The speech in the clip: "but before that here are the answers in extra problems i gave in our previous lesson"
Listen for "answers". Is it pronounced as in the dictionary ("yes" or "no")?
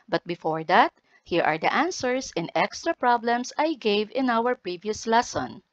no